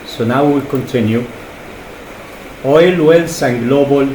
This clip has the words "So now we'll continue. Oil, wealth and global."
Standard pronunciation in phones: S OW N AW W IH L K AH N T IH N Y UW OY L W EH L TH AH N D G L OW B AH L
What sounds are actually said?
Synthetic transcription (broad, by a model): S OW N AW W IH L K AH N T IH N Y UW OY L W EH L S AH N G L OW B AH L